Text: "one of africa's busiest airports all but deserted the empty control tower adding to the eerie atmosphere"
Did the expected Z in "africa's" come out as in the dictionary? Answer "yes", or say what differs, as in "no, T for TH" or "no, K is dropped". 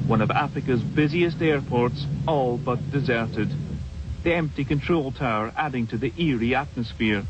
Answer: yes